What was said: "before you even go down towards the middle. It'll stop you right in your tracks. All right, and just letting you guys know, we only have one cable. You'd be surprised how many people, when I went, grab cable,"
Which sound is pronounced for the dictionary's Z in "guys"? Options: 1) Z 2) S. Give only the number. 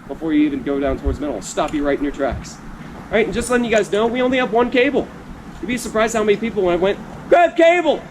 1